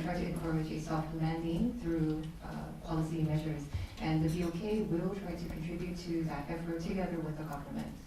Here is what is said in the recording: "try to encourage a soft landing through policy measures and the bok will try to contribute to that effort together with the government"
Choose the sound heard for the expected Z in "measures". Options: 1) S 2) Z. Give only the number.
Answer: 2